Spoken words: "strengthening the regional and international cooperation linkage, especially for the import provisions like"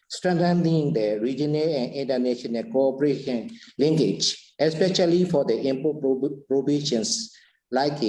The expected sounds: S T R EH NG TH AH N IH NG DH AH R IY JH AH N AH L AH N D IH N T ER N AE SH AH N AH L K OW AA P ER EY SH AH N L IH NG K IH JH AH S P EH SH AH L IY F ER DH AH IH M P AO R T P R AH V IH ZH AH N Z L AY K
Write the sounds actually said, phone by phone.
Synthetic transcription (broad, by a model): S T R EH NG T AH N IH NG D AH R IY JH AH N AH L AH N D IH N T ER N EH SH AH N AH N K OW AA P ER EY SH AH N L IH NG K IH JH AH S P EH SH AH L IY F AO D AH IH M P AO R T P R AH B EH SH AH N S L AY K